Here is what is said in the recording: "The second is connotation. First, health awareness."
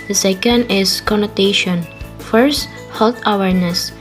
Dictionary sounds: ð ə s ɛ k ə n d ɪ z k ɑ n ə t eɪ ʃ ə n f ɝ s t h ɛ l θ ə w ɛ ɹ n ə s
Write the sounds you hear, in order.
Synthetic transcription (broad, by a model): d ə s ɛ k ə n d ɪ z k ɑ n ə t eɪ ʃ ə n f ɝ s t h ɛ l t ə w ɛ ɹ n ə s